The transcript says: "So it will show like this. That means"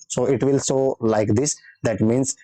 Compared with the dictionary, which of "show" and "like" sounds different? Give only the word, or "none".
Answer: show